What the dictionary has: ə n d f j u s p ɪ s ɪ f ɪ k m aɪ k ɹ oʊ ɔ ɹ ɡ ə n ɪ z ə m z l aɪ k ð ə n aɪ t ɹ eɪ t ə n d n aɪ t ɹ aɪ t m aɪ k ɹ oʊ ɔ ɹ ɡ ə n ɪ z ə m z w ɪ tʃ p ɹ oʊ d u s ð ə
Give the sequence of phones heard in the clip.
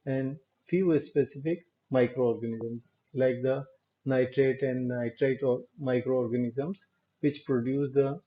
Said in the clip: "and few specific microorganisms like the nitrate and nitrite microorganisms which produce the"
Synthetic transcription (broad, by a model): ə n d f j u s p ɪ s ɪ f ɪ k m aɪ k ɹ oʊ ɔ ɹ ɡ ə n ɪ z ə m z l aɪ k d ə n aɪ t ɹ eɪ t ə n d n aɪ t ɹ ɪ t m aɪ k ɹ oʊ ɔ ɹ ɡ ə n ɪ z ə m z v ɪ tʃ p ɹ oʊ d u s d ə